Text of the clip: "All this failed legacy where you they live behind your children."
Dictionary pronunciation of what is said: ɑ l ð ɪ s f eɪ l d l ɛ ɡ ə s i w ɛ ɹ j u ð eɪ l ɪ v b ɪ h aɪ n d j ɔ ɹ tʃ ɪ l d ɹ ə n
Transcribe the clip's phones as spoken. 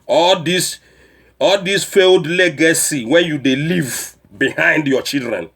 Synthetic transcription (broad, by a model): ɑ l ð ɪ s f eɪ l d l ɛ ɡ ə s i w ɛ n j u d eɪ l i v b ɪ h aɪ n d j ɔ tʃ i l d ɹ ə n